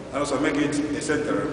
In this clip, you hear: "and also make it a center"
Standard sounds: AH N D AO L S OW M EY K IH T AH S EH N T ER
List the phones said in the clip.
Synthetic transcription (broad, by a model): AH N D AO S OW M EY K IH T AH S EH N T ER